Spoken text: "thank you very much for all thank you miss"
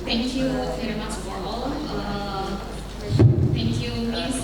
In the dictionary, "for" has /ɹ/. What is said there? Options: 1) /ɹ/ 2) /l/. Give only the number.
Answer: 2